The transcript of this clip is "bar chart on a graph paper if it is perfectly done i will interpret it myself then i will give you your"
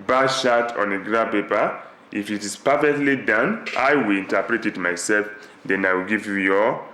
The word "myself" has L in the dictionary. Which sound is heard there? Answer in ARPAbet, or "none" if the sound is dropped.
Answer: L